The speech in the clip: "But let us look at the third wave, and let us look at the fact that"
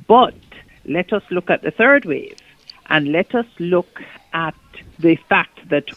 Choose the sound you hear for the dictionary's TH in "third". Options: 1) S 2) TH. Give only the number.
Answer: 2